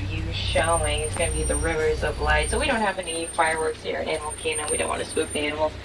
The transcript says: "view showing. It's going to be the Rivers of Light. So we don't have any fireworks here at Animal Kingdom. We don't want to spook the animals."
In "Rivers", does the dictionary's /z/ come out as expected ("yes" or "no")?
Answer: yes